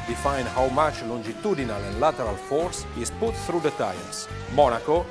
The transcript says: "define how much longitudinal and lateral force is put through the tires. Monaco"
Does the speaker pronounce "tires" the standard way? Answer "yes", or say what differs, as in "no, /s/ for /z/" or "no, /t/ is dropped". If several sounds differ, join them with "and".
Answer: no, /s/ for /z/